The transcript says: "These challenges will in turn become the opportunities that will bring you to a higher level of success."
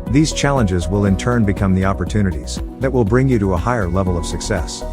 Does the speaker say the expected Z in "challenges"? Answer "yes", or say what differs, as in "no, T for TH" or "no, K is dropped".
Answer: yes